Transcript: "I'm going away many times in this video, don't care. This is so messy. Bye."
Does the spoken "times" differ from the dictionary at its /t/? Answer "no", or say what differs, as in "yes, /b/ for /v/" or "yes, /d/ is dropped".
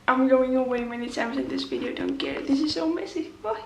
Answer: yes, /s/ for /t/